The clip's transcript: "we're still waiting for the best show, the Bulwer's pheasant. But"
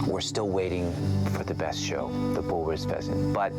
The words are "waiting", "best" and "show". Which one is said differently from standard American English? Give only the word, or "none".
none